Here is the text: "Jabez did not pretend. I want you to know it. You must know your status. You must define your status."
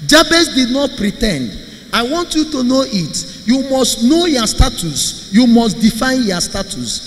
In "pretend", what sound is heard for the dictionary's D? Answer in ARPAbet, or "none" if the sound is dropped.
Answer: D